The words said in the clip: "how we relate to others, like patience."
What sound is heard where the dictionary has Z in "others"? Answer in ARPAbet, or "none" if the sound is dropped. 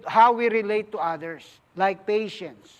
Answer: S